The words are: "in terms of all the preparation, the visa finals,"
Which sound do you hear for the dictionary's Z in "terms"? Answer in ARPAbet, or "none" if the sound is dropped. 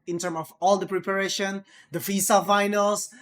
none